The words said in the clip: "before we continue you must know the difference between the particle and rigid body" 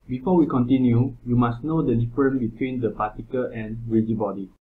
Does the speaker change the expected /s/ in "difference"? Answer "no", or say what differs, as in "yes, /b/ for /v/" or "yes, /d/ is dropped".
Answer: yes, /s/ is dropped